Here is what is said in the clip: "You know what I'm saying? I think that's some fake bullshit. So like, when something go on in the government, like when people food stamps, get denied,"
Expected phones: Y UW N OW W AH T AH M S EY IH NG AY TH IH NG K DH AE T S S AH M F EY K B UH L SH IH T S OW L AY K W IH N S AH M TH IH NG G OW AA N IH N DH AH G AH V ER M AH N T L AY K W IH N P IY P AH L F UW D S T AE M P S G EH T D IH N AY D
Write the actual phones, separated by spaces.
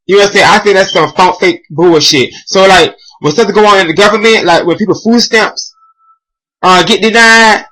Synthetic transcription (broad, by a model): Y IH N OW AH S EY IH AY TH IH NG K DH AE T S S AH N F EY K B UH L SH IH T S OW L AY K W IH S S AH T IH G OW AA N IH N DH AH G AH V ER M AH N T L AY K W IH N P IY P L F UW D S T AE M P S G EH T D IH N AY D